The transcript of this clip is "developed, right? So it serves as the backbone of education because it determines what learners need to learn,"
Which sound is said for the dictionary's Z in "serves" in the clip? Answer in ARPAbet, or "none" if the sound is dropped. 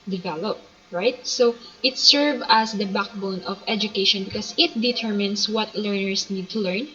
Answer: none